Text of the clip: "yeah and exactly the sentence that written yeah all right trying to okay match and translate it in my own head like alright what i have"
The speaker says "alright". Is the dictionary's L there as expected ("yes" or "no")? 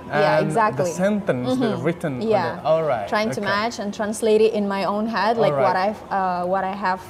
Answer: no